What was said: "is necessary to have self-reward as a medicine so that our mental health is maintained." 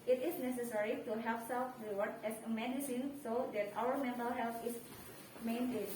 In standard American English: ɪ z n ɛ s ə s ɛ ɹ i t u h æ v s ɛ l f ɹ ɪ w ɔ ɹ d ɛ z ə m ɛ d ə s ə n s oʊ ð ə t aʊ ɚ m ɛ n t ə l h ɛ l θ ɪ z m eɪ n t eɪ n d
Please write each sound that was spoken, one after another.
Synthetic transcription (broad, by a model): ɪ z n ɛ s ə s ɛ ɹ i t u h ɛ p s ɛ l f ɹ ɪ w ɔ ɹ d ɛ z ə m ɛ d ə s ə n s oʊ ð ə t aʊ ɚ m ɛ n t ə l h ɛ l t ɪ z m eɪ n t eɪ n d